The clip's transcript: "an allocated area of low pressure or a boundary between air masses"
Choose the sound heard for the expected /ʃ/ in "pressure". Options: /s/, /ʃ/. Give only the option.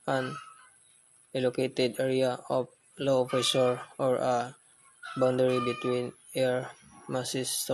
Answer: /s/